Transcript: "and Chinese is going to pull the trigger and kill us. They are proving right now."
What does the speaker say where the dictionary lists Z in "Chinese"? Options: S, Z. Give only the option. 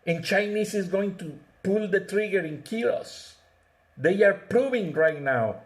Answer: S